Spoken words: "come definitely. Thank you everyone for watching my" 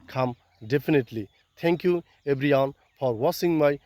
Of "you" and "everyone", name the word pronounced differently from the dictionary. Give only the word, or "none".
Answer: everyone